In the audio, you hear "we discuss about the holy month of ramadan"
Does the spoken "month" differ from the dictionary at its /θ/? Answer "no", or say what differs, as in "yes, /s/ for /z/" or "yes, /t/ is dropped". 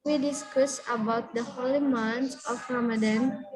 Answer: yes, /s/ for /θ/